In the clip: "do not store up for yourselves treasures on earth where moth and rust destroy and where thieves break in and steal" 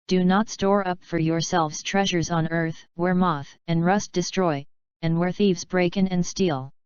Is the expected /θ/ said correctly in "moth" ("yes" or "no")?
yes